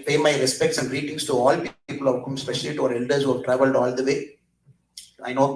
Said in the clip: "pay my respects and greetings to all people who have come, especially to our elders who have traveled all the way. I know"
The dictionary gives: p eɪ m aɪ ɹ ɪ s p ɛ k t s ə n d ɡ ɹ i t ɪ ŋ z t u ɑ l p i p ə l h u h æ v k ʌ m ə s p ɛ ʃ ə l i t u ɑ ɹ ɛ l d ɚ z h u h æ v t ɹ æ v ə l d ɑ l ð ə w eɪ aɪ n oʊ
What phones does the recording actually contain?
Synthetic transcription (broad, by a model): p eɪ m aɪ ɹ ɪ s p ɛ k t s ə n d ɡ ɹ i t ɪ ŋ s t u ɑ l p i p ə l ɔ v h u m s p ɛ ʃ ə l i t u ɑ ɹ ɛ l d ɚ s h u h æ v t ɹ æ v ə l d ɑ l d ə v eɪ aɪ n oʊ